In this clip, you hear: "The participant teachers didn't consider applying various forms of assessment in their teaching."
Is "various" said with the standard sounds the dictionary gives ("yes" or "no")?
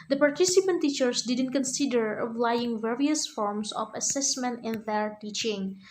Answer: yes